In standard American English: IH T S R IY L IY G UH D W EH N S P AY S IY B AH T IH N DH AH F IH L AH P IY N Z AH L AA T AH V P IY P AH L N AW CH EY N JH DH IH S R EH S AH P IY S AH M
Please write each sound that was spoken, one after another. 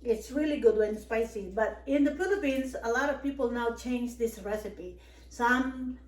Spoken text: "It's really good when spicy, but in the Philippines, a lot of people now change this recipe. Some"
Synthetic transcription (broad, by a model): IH T S R IY L IY G UH D W EH N S P AY S IY B AH T IH N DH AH P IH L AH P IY N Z AH L AA T AH V P IY P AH L N AW CH EY N JH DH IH S R EH S AH P IY S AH M